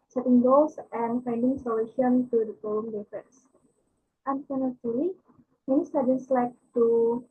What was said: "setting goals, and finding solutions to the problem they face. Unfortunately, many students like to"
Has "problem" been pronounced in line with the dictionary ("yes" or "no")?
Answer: no